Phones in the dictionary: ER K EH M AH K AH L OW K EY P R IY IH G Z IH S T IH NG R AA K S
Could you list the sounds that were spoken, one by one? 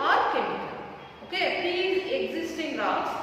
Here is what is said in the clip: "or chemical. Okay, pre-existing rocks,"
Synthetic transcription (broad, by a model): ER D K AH N OW K EY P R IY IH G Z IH S T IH NG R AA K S